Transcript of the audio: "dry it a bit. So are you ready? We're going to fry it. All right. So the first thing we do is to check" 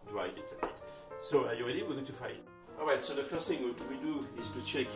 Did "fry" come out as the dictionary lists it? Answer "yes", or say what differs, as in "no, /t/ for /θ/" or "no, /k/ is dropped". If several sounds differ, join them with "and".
no, /ɹ/ is dropped